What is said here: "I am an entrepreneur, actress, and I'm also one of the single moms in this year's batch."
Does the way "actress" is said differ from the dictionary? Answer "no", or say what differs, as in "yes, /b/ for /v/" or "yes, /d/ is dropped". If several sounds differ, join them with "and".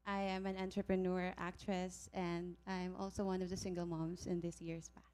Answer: no